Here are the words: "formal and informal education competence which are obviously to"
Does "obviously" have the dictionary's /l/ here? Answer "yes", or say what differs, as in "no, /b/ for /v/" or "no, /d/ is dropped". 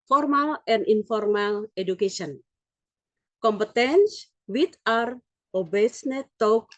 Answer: no, /n/ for /l/